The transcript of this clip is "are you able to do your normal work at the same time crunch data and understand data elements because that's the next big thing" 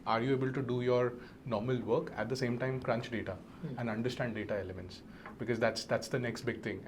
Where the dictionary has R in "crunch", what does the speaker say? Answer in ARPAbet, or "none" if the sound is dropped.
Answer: R